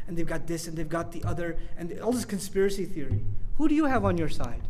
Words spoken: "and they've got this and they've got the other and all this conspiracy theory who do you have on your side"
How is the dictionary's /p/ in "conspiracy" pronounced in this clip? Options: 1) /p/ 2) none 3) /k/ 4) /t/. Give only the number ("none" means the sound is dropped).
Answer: 1